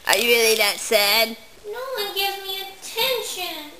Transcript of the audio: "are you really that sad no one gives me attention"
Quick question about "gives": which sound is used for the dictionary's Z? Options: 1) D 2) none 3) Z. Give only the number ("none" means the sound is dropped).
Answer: 2